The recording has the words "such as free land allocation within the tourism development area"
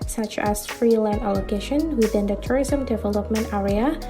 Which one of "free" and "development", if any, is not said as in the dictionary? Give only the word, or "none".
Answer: none